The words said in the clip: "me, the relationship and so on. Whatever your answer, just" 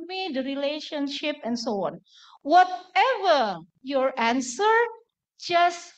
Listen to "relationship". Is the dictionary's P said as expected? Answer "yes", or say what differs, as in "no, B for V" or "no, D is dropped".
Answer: yes